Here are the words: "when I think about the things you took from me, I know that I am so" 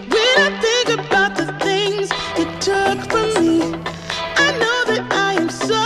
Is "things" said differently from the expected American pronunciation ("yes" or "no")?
no